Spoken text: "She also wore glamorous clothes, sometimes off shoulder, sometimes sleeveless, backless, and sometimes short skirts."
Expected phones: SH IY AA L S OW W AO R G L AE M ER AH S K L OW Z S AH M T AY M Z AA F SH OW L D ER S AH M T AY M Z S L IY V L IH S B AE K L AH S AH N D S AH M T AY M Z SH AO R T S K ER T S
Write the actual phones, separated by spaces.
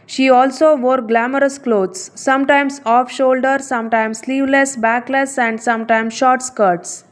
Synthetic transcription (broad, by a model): SH IY AA L S OW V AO R G L AE M ER AH S K L OW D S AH M T AY M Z AA F SH OW L D ER S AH M T AY M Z S L IY V L IH S B AE K L AH S AH N D S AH M T AY M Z SH AO R T S K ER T S